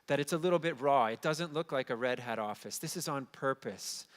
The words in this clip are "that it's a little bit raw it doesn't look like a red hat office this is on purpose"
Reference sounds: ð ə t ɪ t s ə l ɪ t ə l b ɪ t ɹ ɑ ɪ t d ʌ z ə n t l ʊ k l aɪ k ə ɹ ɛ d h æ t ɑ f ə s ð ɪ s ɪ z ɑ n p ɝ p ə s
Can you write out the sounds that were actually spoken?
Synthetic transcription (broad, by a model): ð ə t ɪ t s ə l ɪ t l b ɪ t ɹ ɑ ɪ t d ʌ z ə n t l ʊ k l aɪ k ə ɹ ɛ d h æ t ɑ f ə s ð ɪ s ɪ z n p ɝ p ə s